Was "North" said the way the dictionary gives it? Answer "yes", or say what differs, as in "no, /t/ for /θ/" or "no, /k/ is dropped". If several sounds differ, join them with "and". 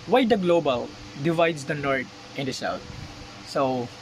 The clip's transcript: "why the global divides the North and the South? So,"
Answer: no, /t/ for /θ/